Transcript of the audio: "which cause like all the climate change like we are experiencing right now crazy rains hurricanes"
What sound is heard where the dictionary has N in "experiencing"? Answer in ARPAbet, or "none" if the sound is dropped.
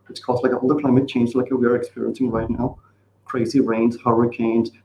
N